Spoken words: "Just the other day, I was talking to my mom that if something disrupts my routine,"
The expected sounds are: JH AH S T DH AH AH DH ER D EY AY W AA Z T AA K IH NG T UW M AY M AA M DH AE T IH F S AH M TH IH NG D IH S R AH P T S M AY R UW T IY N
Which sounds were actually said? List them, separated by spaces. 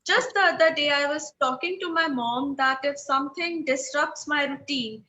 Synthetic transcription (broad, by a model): JH AH S T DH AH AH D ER D EY AY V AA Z T AA K IH NG T UW M AY M AA M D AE T IH F S AH M T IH NG D IH S R AH P T S M AY R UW T IY N